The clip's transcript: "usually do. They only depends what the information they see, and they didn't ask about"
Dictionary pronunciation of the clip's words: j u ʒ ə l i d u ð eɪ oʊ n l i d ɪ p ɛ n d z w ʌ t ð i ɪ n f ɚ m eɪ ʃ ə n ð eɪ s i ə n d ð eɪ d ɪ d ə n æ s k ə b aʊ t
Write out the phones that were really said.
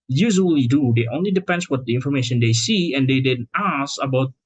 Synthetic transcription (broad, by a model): j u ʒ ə l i d u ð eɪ oʊ n l i d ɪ p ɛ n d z w ʌ t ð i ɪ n f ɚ m eɪ ʃ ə n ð eɪ s i ə n d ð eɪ d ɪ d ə n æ s ə b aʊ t